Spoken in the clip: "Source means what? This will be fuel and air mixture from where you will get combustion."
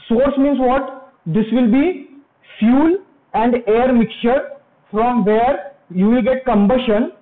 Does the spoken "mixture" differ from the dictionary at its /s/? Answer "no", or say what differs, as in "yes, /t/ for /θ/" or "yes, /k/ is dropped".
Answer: yes, /s/ is dropped